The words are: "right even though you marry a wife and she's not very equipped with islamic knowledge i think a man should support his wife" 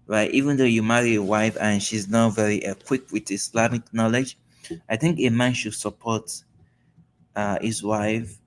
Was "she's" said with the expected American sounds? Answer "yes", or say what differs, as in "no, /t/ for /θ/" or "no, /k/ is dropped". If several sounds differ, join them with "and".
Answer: yes